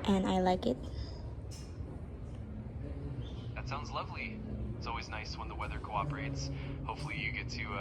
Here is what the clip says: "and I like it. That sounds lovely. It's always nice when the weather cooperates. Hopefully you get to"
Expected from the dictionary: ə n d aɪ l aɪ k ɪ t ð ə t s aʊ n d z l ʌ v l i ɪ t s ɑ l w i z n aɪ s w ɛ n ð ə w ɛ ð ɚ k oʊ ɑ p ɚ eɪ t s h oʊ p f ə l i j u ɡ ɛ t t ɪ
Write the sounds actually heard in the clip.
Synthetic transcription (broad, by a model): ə n aɪ l aɪ k ɪ t ð ə t s aʊ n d z l ʌ v l i ɪ t s ɑ l w i z n aɪ s w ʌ n ð ə w ɛ ð ɚ k oʊ ɑ p ɚ eɪ t s h oʊ p f l i j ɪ ɡ ɛ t t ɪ